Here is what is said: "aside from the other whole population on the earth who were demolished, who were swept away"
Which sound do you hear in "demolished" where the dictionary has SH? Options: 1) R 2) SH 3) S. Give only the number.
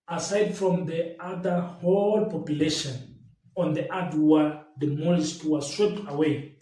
3